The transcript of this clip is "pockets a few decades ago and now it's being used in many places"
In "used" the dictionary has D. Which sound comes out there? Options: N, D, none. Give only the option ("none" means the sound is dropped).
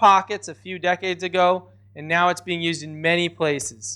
D